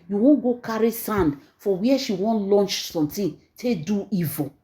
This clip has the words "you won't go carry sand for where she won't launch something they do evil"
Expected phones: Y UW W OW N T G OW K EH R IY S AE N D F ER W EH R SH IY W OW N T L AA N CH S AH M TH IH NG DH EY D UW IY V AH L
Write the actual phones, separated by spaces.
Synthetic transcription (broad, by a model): Y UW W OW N G OW K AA R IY S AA N D F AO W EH SH IY W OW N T L AA N CH S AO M T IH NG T EY D UW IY V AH